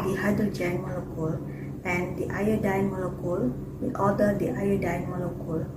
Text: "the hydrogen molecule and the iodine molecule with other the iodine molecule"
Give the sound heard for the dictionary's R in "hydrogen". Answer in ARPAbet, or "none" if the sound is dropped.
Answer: none